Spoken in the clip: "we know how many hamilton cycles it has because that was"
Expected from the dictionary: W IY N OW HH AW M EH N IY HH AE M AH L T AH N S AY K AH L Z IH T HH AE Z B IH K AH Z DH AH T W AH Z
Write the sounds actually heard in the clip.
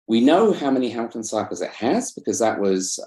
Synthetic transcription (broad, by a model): W IY N OW HH AW M EH N IY HH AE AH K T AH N S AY K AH Z IH T HH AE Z B IH K AH Z DH AH T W AH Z